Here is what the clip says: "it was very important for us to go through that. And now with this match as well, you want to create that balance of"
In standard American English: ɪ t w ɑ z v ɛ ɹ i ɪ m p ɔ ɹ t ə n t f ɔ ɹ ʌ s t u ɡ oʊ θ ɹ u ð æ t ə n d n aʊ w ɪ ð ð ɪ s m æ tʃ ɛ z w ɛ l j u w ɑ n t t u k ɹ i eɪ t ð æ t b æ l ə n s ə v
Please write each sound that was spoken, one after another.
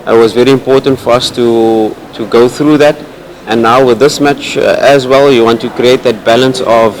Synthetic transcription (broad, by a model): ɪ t w ɑ z v ɛ ɹ i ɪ m p ɔ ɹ t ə n t f ɔ ɹ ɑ s t u ɡ oʊ θ ɹ u ð æ t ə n n aʊ w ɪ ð ð ɪ s m æ tʃ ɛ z w ɛ l j u w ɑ n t t u k ɹ i eɪ t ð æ t b æ l ə n s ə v